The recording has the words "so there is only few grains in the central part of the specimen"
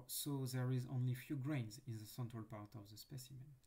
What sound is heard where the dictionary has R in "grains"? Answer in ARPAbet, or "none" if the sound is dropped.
R